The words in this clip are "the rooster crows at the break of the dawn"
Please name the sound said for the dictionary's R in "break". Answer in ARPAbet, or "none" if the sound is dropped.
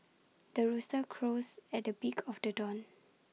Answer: none